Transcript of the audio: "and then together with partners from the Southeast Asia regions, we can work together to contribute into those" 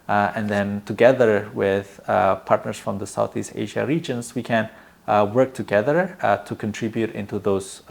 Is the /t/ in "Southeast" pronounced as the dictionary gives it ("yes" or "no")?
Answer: yes